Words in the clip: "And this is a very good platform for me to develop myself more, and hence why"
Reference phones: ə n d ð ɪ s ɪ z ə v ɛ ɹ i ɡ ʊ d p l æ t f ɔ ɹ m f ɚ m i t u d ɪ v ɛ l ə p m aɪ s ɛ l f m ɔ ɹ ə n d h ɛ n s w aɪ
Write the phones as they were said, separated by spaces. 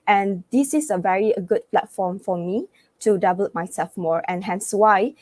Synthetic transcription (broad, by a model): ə n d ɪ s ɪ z ə v ɛ ɹ i ɡ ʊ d p l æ t f ɔ m f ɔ m i t u d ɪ b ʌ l m aɪ s ɛ l f m ɔ ɹ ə n h ɛ n s w aɪ